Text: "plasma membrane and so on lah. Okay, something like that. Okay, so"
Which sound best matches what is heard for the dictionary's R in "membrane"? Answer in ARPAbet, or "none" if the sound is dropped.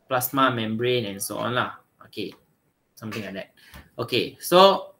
R